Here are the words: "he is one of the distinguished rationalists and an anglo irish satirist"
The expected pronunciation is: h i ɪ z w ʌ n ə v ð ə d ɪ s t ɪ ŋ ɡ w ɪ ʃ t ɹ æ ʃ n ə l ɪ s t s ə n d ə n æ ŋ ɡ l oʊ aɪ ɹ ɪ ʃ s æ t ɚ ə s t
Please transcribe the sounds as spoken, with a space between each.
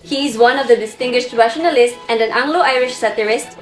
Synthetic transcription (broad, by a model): h i ɪ z w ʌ n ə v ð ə d ɪ s t ɪ ŋ ɡ w ɪ ʃ t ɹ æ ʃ n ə l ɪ s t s ə n d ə n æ ŋ ɡ l oʊ aɪ ɹ ɪ ʃ s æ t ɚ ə s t